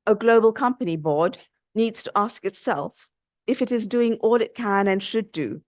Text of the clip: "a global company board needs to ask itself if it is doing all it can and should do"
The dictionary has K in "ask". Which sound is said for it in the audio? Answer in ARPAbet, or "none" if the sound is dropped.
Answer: K